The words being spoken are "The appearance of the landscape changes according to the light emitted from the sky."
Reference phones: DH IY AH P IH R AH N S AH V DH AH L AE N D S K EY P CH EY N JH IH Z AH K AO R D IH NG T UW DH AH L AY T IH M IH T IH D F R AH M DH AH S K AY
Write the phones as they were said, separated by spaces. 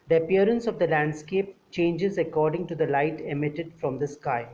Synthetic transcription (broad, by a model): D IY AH P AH R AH N S AH V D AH L AE N D S K EY P CH EY N JH IH Z AH K AO R D IH NG T UW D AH L AY T IH M IH T IH D F R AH M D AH S K AY